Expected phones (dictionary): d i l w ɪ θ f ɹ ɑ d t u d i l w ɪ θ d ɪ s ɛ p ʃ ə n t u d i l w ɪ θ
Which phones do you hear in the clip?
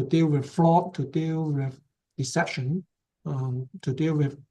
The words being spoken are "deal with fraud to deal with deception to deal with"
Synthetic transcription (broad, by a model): d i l w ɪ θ f l ɑ t u d i l w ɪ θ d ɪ s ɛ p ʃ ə n t u d i l w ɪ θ